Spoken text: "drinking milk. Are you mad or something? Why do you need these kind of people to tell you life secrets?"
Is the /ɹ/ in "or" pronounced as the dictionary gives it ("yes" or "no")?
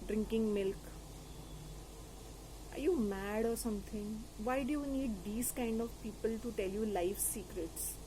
yes